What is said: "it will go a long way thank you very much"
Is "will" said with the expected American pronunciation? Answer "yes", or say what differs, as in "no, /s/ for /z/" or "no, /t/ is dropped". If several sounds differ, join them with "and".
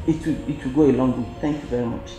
no, /w/ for /l/